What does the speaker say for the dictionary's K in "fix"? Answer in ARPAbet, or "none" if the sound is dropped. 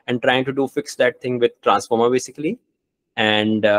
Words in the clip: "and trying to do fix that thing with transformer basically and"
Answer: K